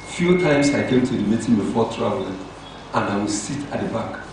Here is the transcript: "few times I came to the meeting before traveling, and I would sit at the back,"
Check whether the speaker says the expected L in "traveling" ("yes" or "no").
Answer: no